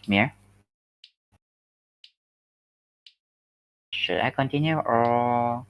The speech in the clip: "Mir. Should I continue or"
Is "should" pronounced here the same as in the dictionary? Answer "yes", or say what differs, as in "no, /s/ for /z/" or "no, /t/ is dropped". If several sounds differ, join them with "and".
yes